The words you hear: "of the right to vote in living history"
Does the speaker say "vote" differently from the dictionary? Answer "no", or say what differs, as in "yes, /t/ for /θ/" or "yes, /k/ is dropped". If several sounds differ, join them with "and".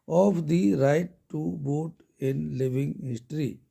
yes, /b/ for /v/